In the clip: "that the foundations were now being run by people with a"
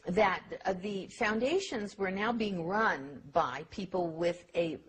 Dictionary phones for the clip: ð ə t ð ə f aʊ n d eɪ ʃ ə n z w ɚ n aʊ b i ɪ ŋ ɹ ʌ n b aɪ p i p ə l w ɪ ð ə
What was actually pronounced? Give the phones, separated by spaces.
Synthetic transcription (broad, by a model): ð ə t ð ə f aʊ n d eɪ ʃ ə n z w ɚ n aʊ b i ɪ ŋ ɹ ʌ n b aɪ p i p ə l w ɪ ð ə